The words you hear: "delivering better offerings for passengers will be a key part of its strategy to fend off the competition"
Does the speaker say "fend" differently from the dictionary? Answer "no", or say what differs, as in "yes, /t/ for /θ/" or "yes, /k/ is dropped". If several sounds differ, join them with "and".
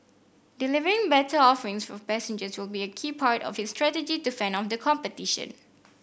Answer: yes, /d/ is dropped